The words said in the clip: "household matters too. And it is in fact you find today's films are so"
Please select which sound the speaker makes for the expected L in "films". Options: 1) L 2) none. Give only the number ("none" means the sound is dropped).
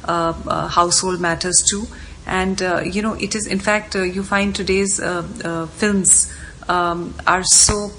1